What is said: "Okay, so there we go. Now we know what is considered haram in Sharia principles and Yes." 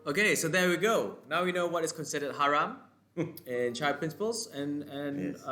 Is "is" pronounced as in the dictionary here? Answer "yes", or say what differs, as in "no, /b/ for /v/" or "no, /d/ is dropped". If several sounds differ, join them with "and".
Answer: no, /s/ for /z/